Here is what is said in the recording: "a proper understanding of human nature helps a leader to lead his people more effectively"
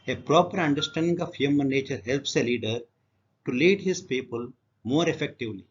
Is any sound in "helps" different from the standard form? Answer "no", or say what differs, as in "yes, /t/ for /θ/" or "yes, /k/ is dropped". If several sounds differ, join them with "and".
no